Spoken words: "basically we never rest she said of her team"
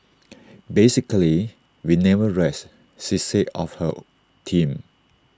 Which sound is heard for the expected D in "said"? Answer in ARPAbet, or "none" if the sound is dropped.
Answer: none